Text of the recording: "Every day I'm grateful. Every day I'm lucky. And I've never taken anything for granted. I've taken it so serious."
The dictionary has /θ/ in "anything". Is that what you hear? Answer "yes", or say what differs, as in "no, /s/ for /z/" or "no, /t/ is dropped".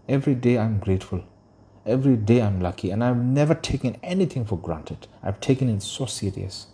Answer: no, /t/ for /θ/